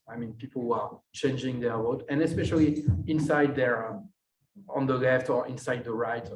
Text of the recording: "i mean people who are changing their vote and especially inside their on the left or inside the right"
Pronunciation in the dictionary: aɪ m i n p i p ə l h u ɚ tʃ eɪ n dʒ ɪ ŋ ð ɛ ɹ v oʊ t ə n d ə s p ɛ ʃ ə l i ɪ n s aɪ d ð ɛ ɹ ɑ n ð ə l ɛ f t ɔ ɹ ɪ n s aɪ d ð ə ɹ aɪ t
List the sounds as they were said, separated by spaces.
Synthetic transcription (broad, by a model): aɪ m i n p i p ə l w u ɚ tʃ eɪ n dʒ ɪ ŋ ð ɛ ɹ w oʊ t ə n ə s p ɛ ʃ ə l i ɪ n s aɪ d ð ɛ ɹ ɑ n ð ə l ɛ f t ɔ ɹ ɪ n s aɪ d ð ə ɹ aɪ t